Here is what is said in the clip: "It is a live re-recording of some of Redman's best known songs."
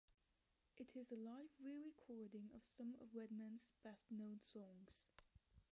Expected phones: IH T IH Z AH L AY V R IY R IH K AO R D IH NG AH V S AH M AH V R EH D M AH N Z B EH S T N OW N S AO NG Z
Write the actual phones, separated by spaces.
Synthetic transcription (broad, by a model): IH T IH Z AH L AY V R IY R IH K AO R D IH NG AH V S AH M AH V R EH D M AH N Z B EH S T N OW N S AO NG Z